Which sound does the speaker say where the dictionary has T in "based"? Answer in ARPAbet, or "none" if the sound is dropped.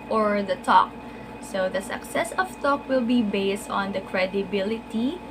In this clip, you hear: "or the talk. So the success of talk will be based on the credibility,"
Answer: T